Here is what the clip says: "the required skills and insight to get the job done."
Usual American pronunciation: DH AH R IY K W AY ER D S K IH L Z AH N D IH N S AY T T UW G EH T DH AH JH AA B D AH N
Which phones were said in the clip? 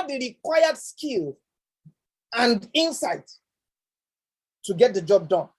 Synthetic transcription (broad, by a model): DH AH R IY K W AY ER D S K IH L AH N D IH N S AY T T UW G EH T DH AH JH AA B D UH N